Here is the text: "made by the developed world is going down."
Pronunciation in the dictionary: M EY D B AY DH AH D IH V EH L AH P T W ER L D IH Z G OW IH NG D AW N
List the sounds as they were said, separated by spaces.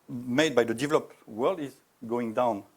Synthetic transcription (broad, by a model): M EY D B AY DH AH D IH V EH L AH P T W ER L D IH Z G OW IH NG D AW N